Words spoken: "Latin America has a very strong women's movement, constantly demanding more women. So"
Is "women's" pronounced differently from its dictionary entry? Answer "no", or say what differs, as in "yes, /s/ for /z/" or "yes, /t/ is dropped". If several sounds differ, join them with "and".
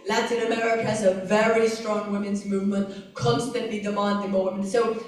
no